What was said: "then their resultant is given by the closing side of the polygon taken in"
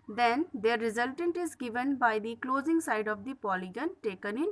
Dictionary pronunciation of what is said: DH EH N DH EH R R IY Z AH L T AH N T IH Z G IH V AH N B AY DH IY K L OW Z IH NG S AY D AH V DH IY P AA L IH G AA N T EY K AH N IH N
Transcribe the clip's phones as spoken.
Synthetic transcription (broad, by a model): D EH N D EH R R IY Z AH L T AH N T IH Z G IH V AH N B AY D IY K L OW Z IH NG S AY D AH V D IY P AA L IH G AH N T EY K AH N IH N